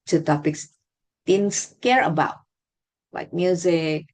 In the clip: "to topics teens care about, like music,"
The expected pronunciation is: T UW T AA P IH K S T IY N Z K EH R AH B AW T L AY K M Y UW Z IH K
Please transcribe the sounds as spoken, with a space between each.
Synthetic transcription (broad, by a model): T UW T AA P IH K S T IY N S K EH R AH B AW T W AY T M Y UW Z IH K